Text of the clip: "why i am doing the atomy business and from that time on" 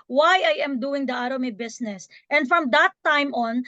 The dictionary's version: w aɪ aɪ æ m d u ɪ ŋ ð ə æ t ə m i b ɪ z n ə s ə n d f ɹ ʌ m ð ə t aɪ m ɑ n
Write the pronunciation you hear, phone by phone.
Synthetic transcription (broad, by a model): w aɪ aɪ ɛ m d u ɪ ŋ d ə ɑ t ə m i b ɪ s n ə s ə n d f ɹ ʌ m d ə t aɪ m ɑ n